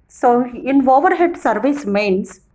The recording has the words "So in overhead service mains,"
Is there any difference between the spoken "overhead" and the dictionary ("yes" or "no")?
no